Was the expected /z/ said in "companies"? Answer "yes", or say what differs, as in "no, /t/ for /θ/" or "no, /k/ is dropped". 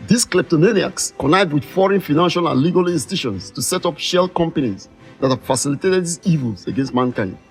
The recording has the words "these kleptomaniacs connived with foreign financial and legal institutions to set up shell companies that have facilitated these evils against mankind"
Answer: no, /s/ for /z/